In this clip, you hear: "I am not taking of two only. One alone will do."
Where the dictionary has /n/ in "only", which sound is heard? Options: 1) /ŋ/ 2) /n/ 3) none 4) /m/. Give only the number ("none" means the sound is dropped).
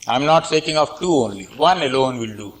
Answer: 2